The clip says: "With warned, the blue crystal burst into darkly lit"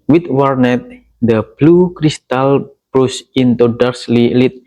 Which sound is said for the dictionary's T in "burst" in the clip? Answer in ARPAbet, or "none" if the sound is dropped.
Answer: none